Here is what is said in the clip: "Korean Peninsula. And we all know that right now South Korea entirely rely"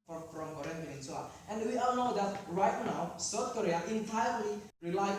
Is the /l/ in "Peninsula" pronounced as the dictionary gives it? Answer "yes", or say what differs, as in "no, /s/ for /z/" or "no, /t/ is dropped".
no, /l/ is dropped